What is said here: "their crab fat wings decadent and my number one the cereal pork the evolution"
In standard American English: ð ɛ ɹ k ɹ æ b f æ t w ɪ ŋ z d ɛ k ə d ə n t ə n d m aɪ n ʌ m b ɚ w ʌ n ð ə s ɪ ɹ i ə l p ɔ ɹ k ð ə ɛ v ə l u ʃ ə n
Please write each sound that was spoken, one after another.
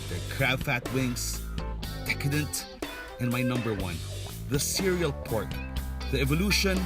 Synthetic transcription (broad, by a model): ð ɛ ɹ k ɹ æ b f æ t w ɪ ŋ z d ɛ k ə d ə n t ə n m aɪ n ʌ m b ɚ w ʌ n ð ə s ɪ ɹ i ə l p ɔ ɹ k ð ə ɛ v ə l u ʃ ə n